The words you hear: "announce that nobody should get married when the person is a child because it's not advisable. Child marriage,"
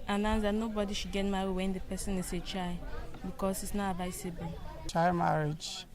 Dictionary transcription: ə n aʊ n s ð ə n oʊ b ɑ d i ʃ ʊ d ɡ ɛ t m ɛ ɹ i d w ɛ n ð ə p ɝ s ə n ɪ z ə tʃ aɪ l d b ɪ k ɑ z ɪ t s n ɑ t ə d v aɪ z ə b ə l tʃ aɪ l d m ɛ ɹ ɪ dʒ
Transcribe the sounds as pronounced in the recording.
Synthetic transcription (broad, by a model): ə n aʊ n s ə n oʊ b ɑ d i ʃ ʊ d ɡ ɛ t m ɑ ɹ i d w ɛ n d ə p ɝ s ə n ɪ s ə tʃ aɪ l b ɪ k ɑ s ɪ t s n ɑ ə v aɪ s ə b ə n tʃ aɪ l m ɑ ɹ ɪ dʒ